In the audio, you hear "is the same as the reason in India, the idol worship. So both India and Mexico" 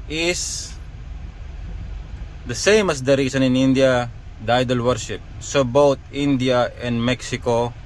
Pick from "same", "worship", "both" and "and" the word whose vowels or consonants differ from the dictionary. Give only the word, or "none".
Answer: both